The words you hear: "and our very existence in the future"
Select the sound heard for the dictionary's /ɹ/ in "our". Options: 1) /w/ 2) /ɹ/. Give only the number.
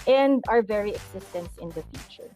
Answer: 2